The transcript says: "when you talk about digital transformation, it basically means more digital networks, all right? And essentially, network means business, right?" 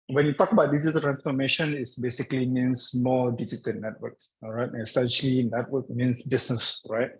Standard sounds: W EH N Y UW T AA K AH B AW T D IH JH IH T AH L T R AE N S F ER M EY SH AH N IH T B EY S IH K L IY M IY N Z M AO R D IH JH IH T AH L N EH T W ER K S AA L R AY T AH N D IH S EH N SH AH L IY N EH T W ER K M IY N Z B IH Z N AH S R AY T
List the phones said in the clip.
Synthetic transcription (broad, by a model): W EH N Y UW T AA K AH B AW T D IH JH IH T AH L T R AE N S F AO M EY SH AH N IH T B EY S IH K L IY M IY N S M AO D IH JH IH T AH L N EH T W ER K S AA R AY T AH S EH N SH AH L IY N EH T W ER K M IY N S B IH S N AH S R AY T